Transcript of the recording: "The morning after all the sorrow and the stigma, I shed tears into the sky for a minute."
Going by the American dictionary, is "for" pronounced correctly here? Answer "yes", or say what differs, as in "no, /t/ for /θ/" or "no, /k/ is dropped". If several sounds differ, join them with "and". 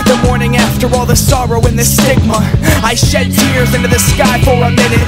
no, /l/ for /ɹ/